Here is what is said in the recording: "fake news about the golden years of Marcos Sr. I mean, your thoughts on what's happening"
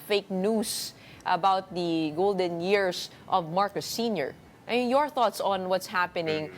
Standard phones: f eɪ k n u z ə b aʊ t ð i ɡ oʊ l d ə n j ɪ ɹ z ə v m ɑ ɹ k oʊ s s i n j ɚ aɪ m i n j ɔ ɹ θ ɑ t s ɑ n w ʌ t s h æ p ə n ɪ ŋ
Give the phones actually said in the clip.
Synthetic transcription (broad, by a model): f eɪ k n u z ə b aʊ t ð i ɡ oʊ l d ə n j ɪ ɹ s ə v m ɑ ɹ k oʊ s s i n j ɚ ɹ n j ɔ ɹ θ ɑ t s ɑ n w ʌ t s h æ p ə n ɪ ŋ